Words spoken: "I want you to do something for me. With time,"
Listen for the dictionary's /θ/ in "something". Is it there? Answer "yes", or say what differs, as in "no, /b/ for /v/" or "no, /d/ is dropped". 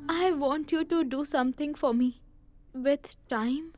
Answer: no, /t/ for /θ/